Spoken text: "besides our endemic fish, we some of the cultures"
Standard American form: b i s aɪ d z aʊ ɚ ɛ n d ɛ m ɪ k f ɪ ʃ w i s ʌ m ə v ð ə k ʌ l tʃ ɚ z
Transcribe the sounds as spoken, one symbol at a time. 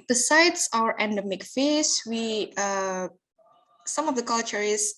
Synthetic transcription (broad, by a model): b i s aɪ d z aʊ ɚ ɛ n d ɛ m ɪ k f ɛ s w i s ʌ m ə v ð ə k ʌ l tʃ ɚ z